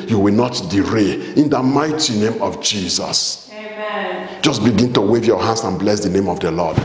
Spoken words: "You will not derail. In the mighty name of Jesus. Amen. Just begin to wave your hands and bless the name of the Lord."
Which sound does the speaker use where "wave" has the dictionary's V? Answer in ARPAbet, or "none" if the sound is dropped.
V